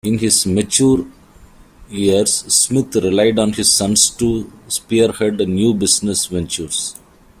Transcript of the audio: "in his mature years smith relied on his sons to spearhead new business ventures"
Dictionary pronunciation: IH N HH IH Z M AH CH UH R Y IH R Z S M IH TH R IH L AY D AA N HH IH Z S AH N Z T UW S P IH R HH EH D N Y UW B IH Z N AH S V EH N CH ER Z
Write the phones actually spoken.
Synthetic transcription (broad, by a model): IH N HH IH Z M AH CH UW R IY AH R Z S M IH T R IH L AY D AA N HH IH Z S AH N S T UW S P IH R HH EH D N Y UW B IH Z N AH S V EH N CH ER S